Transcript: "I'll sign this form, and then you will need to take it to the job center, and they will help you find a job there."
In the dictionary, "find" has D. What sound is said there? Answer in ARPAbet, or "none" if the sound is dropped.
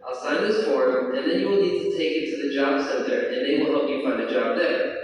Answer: D